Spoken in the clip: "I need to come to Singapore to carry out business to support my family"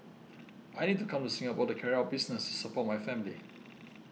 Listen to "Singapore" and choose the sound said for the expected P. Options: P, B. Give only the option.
B